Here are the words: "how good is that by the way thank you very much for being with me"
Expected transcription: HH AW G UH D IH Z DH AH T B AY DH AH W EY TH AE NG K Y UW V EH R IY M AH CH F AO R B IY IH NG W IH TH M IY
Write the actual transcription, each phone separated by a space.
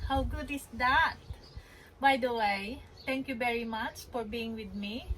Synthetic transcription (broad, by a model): HH AW G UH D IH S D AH T B AY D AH W EY T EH NG K Y UW V EH R IY M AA CH F AO R B IY IH NG W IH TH M IY